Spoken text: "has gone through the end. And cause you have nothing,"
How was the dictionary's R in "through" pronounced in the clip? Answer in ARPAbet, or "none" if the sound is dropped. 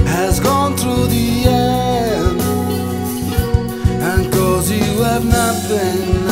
R